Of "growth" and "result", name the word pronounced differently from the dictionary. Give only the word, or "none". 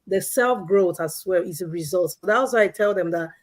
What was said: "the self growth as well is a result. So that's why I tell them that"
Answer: none